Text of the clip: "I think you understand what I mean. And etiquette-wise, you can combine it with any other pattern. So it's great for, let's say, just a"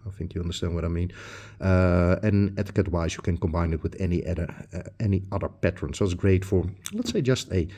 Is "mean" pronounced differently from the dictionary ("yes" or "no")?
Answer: no